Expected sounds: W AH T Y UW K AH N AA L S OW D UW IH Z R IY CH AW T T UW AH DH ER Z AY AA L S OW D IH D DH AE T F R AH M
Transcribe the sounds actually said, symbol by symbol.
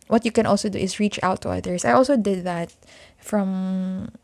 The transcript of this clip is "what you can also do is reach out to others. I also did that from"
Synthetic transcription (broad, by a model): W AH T Y UW K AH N AA L S OW D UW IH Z R IY CH AW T T UW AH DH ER S AY AA L S OW D IH D DH AE T F R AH M